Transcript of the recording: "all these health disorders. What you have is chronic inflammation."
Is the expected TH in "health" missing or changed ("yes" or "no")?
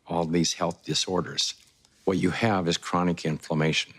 no